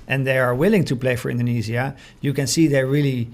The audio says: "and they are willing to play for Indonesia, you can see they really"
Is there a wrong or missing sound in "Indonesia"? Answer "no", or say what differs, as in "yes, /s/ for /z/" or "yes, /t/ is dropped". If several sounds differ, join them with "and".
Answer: yes, /z/ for /ʒ/